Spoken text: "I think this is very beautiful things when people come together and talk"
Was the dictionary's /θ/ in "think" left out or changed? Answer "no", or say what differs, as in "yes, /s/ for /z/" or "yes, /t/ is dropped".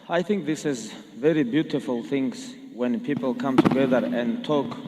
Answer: no